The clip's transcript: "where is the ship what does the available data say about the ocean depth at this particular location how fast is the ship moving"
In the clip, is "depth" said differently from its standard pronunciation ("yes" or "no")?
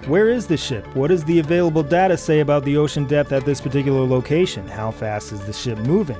no